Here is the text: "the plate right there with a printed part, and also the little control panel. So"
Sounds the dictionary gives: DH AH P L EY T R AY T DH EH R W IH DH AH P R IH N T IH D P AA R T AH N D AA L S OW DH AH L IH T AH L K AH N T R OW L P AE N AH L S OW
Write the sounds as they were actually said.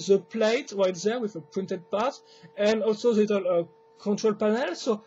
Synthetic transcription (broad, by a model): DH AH P L EY T R AY T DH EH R W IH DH AH P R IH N T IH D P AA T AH N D AA L S OW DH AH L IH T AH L K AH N T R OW L P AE N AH L S OW